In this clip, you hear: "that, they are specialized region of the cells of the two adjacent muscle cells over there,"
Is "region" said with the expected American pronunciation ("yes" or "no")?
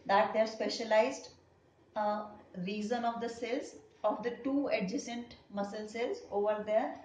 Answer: no